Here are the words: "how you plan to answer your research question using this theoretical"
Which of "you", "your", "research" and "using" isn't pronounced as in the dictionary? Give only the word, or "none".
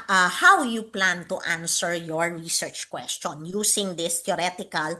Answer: using